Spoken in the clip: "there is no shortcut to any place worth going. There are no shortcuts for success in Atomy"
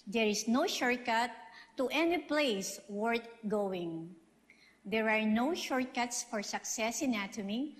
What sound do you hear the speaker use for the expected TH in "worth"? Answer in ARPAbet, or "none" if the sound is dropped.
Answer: T